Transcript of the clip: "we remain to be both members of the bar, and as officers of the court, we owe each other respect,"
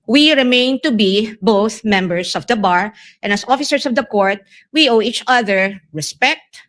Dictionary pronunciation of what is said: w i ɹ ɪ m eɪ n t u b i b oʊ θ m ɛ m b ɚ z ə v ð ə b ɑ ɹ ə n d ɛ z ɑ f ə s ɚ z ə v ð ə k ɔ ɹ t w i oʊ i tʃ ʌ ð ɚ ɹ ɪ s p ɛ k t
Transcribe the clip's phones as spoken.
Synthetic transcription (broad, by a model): w i ɹ ɪ m eɪ n t u b i b oʊ θ m ɛ m b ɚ s ə v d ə b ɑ ɹ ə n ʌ s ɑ f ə s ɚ s ə v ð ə k ɔ ɹ t w i oʊ i tʃ ʌ ð ɚ ɹ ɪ s p ɛ k t